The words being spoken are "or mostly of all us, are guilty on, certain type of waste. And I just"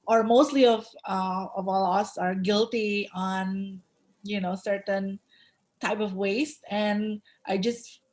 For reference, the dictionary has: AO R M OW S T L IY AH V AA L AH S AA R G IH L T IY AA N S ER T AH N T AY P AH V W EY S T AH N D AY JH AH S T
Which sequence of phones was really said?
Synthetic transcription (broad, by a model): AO R M OW S T L IY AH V AA L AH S AA R G IH L T IY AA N S ER T AH N T AY P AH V W EY S T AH N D AY JH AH S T